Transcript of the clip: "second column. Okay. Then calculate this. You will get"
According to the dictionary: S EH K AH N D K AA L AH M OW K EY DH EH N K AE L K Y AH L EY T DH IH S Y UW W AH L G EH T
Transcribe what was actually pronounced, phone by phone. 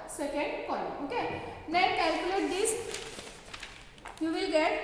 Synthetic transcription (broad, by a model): S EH K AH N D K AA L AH OW K EY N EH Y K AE L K Y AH L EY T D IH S Y UW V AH L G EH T